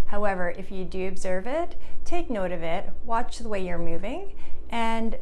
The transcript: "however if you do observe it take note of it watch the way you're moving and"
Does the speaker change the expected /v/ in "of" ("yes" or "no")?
no